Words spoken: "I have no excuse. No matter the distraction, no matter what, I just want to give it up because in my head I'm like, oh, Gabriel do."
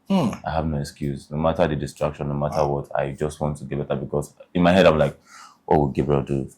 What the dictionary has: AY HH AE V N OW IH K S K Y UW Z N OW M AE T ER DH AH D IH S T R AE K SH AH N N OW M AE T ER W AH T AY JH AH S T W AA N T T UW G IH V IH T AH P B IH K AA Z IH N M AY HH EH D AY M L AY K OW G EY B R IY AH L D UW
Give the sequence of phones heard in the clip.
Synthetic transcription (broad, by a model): AY HH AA V N OW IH K S K Y UW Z N OW M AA T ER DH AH D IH S T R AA K SH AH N N OW M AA T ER W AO T AY JH AH S T W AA N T T UW G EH B IH T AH B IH K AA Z IH N M AY HH EH D AY M L AY K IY G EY B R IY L D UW